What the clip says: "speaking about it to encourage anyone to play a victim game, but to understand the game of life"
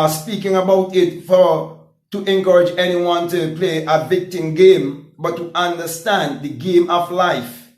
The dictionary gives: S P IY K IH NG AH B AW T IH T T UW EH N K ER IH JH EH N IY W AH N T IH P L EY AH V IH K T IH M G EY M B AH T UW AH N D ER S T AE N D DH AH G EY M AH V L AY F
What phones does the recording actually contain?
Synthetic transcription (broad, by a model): S P IY K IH NG AH B AW T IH T T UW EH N K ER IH JH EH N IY W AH N T IH P L EY AH V IH K T IH M G EY M B AH T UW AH N D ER S T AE N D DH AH G EY M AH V L AY F